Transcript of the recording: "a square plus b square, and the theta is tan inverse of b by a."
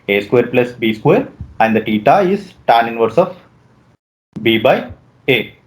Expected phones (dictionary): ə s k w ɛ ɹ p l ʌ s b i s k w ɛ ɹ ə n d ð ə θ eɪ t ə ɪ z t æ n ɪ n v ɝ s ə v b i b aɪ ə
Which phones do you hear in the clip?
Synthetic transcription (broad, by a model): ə s k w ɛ ɹ p l ʌ s b i s k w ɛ ɹ ə n d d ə t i t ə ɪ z t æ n ɪ n v ɝ s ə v b i b aɪ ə